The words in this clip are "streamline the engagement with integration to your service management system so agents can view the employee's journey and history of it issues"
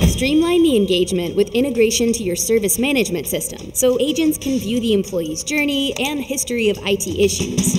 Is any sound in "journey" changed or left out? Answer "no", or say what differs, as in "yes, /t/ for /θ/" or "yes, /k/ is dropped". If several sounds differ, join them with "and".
no